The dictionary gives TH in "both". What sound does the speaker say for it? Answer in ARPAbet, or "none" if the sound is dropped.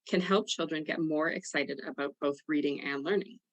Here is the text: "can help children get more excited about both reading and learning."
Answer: TH